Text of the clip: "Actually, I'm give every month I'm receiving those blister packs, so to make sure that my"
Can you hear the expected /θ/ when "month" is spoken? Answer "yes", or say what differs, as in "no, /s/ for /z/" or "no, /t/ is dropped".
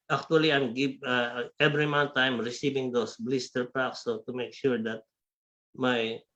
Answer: no, /t/ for /θ/